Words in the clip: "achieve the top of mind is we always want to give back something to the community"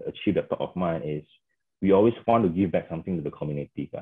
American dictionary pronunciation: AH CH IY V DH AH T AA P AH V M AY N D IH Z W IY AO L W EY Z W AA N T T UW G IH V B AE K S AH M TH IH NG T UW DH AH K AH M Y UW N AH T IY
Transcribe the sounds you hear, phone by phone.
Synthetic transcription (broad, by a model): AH CH IY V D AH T AA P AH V M AY N IH S W IY AO L W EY S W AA N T T UW G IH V B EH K S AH M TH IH NG T UW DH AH K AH M Y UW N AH T IY